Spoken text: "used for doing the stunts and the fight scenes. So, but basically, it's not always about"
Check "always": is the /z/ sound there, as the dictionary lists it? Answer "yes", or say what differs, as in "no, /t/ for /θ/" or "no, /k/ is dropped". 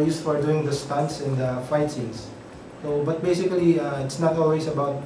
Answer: no, /s/ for /z/